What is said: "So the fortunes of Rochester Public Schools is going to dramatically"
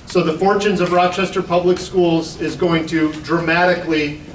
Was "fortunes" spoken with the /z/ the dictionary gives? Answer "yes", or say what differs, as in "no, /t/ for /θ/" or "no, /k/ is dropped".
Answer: yes